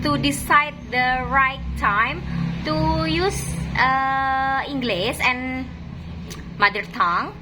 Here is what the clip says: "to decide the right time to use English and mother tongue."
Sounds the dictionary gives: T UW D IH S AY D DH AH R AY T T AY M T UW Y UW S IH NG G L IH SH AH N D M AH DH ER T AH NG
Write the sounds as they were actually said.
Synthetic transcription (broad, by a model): T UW D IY S AY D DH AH R AY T T AY M T UW Y UW S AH NG G L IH S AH N M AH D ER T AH NG